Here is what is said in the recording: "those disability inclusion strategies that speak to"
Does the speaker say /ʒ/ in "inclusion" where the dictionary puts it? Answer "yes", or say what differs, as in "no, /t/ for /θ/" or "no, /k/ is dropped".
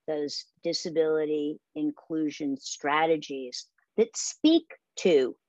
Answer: yes